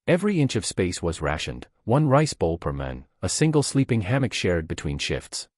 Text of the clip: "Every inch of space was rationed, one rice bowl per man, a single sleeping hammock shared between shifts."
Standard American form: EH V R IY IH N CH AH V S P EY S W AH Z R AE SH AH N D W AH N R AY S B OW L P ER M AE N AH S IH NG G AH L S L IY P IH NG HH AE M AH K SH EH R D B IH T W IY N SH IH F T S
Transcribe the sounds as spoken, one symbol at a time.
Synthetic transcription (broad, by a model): EH V R IY IH N CH AH V S P EY S W AH Z R AE SH AH N D W AH N R AY S B OW L P ER M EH N AH S IH NG G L S L IY P IH NG HH AE M AH K SH EH R D B IH T W IY N SH IH F T S